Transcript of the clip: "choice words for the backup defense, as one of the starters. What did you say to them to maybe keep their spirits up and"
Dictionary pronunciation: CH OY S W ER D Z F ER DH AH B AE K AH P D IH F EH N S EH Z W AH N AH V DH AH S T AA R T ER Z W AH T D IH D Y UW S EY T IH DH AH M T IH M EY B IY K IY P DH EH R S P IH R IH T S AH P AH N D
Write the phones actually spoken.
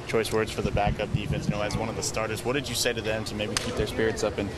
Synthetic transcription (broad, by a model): CH OY S W ER D Z F ER DH AH B AE K AH P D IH F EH N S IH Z W AH N AH V DH AH S T AA R T ER Z W AH T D IH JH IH S EY T IH DH AH M T IH M EY B IY K IY P DH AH R S P IH R IH T S AH P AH N